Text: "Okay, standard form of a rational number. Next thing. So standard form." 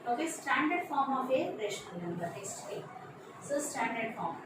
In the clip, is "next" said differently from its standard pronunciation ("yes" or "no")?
yes